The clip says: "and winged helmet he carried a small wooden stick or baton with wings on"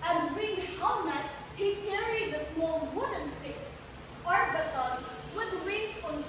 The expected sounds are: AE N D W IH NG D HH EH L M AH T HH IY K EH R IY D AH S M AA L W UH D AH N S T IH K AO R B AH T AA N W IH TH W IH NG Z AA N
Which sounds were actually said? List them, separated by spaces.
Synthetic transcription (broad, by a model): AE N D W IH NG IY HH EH M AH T HH IY K EH R IY D AH S M AA L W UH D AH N S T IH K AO R B AH T AA N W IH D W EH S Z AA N